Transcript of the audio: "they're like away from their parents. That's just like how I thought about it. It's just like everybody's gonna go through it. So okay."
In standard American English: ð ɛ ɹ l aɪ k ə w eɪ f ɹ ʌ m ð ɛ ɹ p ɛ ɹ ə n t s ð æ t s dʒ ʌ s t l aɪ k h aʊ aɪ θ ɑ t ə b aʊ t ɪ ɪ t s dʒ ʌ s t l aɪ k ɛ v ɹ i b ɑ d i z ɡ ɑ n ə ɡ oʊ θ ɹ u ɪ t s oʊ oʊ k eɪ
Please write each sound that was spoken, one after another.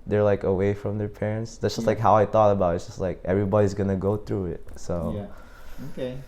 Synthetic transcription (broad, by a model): ð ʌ ɹ l aɪ k ə w eɪ f ɹ ʌ m ð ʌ ɹ p ɛ ɹ ə n t s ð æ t s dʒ ʌ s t l aɪ k h aʊ aɪ θ ɑ t ə b aʊ t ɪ ɪ t s dʒ ʌ s t l aɪ k ɛ v ɹ i b ɑ d i z ɡ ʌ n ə ɡ oʊ θ ɹ u ɪ t s oʊ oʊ k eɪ